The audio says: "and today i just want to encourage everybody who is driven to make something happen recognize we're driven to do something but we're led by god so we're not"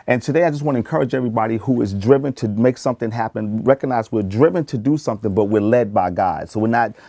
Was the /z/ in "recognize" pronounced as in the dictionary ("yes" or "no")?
yes